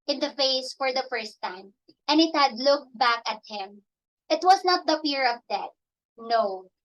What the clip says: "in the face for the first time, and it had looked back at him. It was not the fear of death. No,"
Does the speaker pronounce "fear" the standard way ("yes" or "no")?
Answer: no